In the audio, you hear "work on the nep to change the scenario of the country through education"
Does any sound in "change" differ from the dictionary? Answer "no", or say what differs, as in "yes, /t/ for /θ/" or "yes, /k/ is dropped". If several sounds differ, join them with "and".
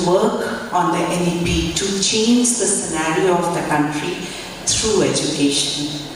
no